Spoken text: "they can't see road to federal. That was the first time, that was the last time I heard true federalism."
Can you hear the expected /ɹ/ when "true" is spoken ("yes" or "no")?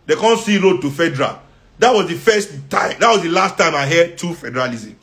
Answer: no